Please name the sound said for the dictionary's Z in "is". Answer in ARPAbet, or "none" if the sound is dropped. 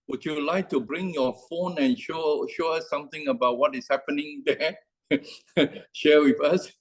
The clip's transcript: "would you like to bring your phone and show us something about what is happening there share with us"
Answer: S